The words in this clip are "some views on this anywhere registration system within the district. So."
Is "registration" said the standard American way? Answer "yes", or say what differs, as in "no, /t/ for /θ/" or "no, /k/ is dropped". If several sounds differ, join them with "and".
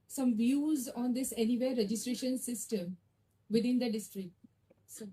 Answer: yes